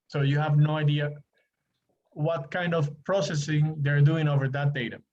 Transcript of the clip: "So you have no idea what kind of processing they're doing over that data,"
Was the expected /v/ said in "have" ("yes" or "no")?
yes